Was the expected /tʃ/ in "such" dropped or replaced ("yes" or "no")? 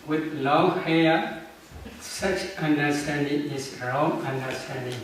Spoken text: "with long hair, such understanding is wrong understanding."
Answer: no